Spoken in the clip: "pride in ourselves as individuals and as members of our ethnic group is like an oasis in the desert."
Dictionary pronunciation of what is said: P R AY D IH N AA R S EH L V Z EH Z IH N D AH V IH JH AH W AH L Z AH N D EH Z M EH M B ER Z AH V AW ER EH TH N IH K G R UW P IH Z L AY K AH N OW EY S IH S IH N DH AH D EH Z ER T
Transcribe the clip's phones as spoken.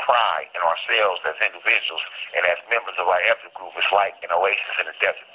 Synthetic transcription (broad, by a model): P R AY IH N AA R S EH L V Z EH Z IH N D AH V IH JH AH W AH L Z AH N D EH Z M EH M B ER Z AH V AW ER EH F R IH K G R UW P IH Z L AY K AH N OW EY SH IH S IH N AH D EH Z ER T